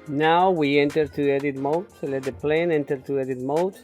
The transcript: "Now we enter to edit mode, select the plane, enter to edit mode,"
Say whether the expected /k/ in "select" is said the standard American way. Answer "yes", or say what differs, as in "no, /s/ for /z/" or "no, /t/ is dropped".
no, /k/ is dropped